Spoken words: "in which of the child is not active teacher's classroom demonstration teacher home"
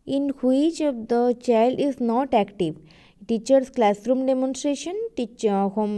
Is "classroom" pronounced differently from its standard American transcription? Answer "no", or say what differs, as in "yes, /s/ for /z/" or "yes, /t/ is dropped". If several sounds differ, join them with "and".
no